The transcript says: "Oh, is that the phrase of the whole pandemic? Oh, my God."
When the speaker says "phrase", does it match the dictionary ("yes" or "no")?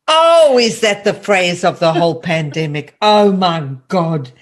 yes